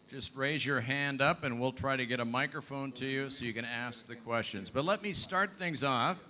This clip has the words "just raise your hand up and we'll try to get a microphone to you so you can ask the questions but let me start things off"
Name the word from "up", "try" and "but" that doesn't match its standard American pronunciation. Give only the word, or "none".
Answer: none